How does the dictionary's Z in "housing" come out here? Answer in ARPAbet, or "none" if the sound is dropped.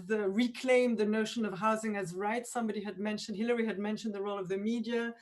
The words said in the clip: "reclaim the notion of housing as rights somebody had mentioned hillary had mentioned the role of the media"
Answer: Z